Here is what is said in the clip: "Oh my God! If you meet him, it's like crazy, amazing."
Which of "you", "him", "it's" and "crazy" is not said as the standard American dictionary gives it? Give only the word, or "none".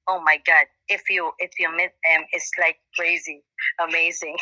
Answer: none